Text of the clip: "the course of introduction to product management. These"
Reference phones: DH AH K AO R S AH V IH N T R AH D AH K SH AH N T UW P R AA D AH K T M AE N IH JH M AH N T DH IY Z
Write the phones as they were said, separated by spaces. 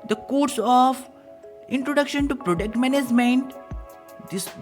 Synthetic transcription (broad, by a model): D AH K AO R S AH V IH N T R AH D AH K SH AH N T UW P R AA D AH K T M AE N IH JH M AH N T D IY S